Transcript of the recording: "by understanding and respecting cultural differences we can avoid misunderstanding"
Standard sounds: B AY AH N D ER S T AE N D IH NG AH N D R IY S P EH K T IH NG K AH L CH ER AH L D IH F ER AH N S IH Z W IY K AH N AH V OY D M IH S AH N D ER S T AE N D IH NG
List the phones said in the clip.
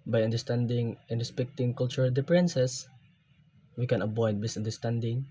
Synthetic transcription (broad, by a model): B AY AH N D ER S T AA N D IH NG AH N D R IY S P EH K T IH NG K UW L CH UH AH L D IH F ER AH N S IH S W IY K AH N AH B OY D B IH S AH N D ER S T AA N D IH NG